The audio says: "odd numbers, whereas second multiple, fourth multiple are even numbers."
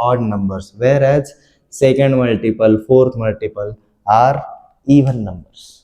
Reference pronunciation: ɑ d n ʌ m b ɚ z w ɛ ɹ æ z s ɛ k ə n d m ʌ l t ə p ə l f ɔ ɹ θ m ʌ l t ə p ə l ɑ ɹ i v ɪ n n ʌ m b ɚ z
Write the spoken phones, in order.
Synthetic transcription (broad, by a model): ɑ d n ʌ m b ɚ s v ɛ ɹ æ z s ɛ k ə n d m ʌ l t ə p ə l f ɔ ɹ t m ʌ l t ə p ə l ɑ ɹ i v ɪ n n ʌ m b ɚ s